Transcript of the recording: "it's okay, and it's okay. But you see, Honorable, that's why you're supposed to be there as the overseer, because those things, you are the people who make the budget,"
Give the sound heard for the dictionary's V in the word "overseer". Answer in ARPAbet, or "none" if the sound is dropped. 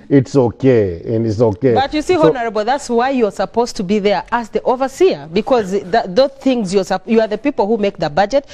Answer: V